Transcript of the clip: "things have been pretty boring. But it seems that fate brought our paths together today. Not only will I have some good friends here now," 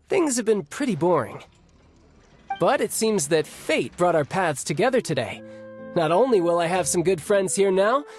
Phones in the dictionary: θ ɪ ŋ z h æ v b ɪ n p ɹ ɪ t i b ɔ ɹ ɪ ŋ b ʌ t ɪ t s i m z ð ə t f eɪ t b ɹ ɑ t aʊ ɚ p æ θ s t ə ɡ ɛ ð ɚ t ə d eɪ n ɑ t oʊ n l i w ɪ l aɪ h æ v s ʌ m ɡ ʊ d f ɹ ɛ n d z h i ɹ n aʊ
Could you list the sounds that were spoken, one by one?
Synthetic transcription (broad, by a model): θ ɪ ŋ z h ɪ v b ɪ n p ɹ ɪ t i b ɔ ɹ ɪ ŋ b ʌ t ɪ t s i m z ð ə t f eɪ t b ɹ ɑ t aʊ ɚ p æ θ s t ə ɡ ɛ ð ɚ t ə d eɪ n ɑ t oʊ n l i w ɪ l aɪ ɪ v s ʌ m ɡ ʊ d f ɹ ɛ n d z h i ɹ n aʊ